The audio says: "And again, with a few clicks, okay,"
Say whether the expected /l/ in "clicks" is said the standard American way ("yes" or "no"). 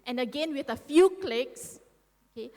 yes